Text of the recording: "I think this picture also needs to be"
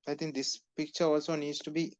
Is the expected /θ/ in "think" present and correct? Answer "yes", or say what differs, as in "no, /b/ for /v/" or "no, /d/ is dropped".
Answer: no, /t/ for /θ/